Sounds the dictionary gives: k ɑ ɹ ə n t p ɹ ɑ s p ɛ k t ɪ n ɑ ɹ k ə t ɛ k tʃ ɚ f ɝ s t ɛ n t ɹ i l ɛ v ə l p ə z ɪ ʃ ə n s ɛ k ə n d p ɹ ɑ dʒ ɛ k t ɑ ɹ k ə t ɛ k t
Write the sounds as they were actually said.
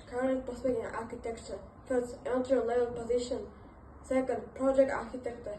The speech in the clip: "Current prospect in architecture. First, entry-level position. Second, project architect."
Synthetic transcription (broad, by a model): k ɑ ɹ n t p ɑ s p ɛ t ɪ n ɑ ɹ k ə t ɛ k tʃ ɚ f ɝ s t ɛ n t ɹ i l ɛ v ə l p ə z ɪ ʃ ə n s ɛ k ə n d p ɹ ɑ dʒ ɛ k t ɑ ɹ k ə t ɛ k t